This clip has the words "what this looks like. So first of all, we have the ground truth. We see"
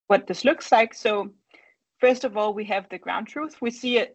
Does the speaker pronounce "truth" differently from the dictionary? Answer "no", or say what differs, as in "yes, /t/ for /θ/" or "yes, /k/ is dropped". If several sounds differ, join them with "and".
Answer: no